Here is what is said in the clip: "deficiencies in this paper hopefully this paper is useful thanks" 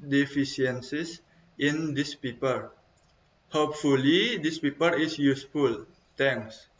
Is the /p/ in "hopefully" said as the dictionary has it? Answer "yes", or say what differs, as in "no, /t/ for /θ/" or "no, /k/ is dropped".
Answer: yes